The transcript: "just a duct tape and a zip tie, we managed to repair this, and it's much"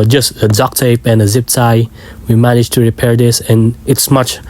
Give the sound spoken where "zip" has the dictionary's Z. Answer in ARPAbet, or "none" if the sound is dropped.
Z